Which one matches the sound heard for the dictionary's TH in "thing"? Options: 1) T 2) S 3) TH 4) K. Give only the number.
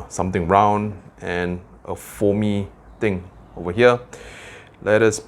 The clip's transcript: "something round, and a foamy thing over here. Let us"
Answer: 1